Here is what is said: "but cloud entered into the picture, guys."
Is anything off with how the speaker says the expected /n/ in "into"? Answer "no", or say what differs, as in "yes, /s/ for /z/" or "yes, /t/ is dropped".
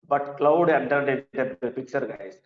yes, /n/ is dropped